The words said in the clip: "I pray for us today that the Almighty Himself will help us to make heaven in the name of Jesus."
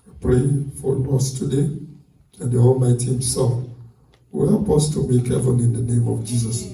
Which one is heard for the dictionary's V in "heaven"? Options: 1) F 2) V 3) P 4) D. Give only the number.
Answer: 1